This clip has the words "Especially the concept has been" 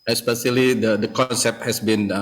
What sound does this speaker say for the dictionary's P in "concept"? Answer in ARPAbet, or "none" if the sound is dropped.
P